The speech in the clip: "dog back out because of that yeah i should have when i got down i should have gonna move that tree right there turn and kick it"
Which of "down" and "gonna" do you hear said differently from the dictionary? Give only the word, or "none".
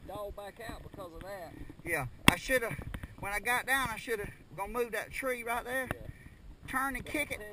gonna